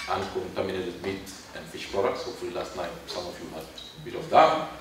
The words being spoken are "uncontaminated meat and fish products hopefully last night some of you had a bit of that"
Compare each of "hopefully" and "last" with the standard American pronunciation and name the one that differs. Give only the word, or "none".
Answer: hopefully